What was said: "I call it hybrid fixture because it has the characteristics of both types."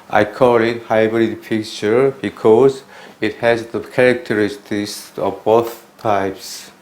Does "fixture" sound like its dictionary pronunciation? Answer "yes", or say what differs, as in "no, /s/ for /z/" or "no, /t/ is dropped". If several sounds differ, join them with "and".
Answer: no, /p/ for /f/ and /s/ is dropped